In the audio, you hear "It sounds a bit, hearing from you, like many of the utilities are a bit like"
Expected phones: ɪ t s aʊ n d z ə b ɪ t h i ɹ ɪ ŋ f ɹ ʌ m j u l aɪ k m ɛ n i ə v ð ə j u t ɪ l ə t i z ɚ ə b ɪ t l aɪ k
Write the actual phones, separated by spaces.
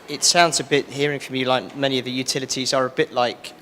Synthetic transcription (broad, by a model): ɪ t s aʊ n d z ə b ɪ t h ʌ ɹ ɪ ŋ f ɹ ʌ m j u l aɪ k m ɛ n i ə v ð ə j u t ɪ l ə t i z ɚ ə b ɪ t l aɪ k